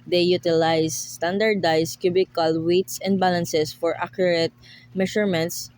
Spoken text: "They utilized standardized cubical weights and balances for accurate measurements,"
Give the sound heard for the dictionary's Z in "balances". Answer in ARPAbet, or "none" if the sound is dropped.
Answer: S